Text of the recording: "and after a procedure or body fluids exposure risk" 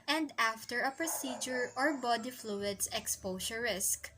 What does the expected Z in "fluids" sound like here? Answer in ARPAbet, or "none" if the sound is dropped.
S